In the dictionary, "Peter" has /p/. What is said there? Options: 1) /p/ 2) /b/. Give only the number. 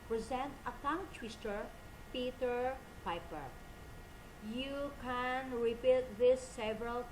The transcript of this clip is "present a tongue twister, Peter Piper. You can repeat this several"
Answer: 1